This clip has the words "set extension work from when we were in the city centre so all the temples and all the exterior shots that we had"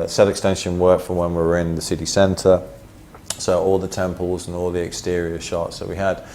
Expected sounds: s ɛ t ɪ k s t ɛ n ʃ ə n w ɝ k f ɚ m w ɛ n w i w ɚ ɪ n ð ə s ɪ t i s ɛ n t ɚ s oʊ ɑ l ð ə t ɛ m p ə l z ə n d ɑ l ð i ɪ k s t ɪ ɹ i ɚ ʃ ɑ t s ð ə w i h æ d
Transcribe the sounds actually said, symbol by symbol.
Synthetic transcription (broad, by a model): s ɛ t ɪ k s t ɛ n ʃ ə n w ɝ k f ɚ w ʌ n w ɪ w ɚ ɪ n ð ə s ɪ t i s ɛ n t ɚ s oʊ ɑ l ð ə t ɛ m p ə l z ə n ɑ l ð i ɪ k s t ɪ ɹ i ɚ ʃ ɑ t s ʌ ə w i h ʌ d